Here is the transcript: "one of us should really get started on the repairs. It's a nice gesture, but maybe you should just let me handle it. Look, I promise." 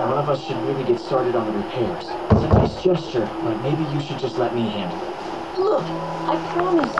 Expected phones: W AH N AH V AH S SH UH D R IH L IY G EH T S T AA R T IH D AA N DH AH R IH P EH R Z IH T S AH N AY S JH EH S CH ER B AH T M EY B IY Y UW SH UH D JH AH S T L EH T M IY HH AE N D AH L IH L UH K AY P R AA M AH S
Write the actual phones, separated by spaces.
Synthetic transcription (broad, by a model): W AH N AH V AH S SH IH D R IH L IY G EH T S T AA R T IH D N DH AH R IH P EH R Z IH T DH AH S JH EH S CH ER B AH T M EY B IY Y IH SH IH D JH AH S T L EH T M IY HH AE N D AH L L UH K AY P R AA M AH S